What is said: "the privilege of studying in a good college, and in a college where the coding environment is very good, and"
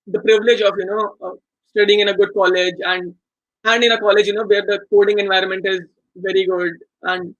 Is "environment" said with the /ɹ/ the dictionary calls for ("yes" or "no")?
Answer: yes